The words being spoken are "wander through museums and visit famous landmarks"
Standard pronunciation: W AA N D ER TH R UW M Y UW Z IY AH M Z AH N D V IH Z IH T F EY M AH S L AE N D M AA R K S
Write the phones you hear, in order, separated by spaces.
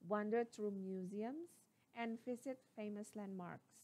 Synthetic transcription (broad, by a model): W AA N D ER T R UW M Y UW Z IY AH M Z AH N D F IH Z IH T F EY M AH S L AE N D M AA R K S